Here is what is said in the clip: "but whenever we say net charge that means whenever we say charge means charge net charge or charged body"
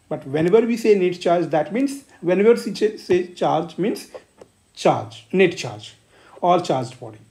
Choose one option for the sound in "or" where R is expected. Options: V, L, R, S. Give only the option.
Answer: L